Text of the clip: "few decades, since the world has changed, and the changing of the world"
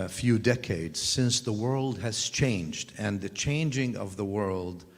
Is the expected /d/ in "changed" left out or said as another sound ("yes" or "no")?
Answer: no